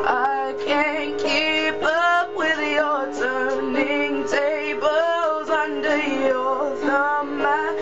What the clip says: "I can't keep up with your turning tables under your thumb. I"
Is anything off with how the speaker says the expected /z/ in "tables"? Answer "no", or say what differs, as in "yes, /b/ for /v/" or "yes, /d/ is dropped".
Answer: no